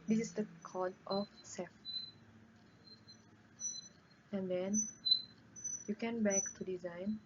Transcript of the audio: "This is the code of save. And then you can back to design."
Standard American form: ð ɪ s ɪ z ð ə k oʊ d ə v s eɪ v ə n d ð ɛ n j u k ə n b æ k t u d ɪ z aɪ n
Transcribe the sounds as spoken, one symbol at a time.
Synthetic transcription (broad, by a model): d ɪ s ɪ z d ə k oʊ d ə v s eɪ f ə n d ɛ n j u k ə n b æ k t u d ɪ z aɪ n